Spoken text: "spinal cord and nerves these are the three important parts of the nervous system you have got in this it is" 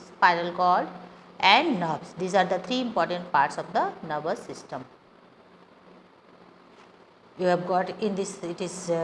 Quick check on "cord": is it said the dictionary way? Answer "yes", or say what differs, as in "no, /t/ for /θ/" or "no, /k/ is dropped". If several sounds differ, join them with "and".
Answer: no, /l/ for /ɹ/